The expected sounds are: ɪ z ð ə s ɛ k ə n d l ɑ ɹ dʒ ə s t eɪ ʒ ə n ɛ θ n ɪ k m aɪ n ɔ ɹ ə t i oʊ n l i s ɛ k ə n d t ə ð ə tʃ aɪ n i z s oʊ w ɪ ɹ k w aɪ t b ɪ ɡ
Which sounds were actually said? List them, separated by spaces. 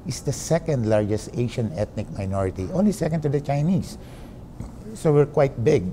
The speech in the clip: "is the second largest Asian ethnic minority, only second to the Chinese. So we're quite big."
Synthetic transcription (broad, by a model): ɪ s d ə s ɛ k ə n d l ɑ ɹ dʒ ə s t eɪ ʃ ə n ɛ t n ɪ k m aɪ n ɔ ɹ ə t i oʊ n l i s ɛ k ə n d t ə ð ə tʃ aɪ n i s s oʊ w ɪ ɹ k w aɪ t b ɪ ɡ